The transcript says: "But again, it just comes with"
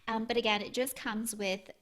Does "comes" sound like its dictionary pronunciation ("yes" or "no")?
yes